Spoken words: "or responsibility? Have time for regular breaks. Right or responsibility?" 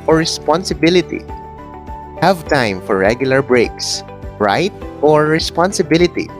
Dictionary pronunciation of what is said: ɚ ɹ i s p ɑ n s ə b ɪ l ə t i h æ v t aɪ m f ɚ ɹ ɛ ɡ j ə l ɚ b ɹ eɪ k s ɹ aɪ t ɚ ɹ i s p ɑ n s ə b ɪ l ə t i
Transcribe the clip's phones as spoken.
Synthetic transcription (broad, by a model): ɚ ɹ i s p ɑ n s ə b ɪ l ə t i h æ v t aɪ m f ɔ ɹ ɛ ɡ j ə l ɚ b ɹ eɪ k s ɹ aɪ t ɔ ɹ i s p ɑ n s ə b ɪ l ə t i